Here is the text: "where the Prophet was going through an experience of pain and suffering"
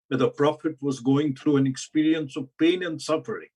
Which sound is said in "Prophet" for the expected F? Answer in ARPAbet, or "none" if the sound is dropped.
F